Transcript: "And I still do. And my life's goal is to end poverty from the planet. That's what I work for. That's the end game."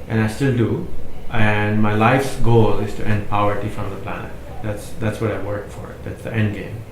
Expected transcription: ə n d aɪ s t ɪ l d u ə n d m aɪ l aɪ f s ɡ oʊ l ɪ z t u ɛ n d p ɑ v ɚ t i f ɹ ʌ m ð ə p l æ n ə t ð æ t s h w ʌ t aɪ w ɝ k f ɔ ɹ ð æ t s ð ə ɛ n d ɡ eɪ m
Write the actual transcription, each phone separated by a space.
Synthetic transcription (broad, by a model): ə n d aɪ s t ɪ l d u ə n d m aɪ l aɪ f s ɡ oʊ l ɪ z t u ɛ n d p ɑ ɚ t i f ɹ ʌ m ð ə p l æ n ə t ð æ t s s w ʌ t aɪ w ɝ k f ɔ ɹ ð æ t s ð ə ɛ n d ɡ eɪ m